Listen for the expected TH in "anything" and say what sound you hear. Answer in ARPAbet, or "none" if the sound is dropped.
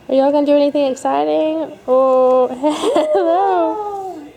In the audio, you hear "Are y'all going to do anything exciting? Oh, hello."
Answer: TH